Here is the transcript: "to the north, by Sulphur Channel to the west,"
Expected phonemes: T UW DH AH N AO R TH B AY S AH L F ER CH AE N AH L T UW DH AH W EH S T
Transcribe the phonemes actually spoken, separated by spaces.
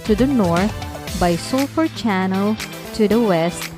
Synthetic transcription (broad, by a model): T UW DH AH N AO R T B AY S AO F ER CH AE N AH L T UW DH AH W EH S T